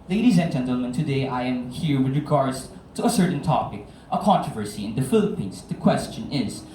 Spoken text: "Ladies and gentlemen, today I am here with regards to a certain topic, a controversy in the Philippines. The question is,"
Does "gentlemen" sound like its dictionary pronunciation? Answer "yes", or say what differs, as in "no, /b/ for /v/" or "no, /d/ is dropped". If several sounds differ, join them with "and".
yes